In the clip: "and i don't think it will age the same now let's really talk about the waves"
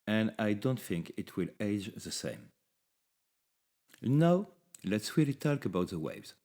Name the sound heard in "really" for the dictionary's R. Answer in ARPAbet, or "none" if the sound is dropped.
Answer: W